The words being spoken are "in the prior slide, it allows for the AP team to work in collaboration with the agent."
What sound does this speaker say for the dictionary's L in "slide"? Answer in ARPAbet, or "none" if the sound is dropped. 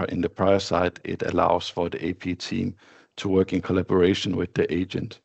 none